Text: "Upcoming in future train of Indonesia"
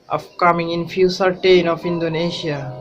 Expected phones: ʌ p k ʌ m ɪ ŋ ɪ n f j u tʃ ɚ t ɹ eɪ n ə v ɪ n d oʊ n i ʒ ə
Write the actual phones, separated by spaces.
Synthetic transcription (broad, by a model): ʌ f k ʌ m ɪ ŋ ɪ n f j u s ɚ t eɪ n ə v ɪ n d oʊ n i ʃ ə